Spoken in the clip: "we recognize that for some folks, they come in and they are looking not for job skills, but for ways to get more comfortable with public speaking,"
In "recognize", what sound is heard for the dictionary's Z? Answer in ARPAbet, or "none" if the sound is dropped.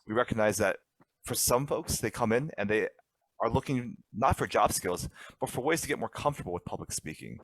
Z